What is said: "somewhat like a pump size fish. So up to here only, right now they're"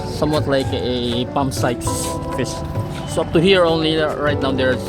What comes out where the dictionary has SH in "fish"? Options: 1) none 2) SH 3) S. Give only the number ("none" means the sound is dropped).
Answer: 3